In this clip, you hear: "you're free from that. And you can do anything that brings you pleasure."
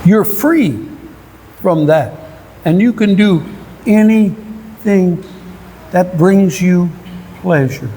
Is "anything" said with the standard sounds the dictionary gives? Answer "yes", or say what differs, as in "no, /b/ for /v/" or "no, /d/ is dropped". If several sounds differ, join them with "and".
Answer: yes